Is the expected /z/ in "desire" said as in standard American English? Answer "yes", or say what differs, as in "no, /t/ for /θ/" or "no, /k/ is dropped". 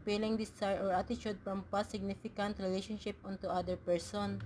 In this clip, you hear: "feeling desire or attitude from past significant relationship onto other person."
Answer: no, /s/ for /z/